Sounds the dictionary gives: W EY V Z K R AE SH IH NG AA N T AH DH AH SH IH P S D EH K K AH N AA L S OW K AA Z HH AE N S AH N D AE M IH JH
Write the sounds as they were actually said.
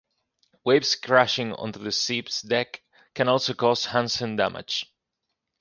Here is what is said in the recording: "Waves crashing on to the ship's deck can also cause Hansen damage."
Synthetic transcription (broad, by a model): W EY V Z K R AE SH IH NG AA N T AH DH AH S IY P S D EH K K AH N AA L S OW K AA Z HH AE N S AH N D AE M IH JH